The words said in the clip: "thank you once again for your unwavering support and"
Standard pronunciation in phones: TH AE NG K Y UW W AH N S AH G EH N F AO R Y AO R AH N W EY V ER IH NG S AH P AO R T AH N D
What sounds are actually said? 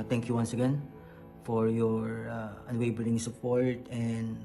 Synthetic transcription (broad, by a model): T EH NG K Y UW W AH N S AH G EH N F AO R Y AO R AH N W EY B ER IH NG S AH P AO R T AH N D